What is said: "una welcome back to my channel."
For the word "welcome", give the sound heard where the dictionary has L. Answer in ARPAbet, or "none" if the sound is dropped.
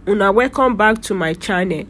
none